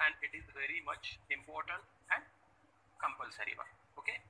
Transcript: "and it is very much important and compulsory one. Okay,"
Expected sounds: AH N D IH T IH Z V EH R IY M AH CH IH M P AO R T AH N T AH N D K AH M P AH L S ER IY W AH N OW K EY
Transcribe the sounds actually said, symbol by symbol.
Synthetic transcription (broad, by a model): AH N D IH T IH Z V EH R IY M AH CH IH M P AO R T AH N T AH N D K AH M P AH L S ER IY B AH OW K EY